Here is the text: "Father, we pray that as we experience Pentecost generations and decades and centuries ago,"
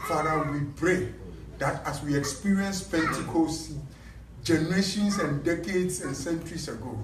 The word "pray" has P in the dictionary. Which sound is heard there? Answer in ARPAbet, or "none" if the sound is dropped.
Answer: B